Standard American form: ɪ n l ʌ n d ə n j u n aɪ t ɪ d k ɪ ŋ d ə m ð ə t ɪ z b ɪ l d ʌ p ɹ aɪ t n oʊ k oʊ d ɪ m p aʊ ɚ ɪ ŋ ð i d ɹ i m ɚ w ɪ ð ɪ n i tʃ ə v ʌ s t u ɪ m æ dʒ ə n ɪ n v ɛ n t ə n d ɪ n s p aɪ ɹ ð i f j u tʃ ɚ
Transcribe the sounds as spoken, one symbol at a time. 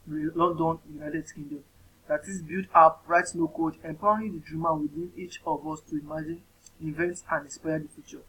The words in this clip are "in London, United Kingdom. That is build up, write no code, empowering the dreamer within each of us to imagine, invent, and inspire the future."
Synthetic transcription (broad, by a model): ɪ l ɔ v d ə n j u n aɪ t ɪ d k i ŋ d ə m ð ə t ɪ s b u d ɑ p ɹ aɪ t n oʊ k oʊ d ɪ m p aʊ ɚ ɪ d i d ɹ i m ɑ w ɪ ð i n i tʃ ə v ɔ s t u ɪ m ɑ dʒ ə n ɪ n v ɛ n t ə n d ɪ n s p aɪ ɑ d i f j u tʃ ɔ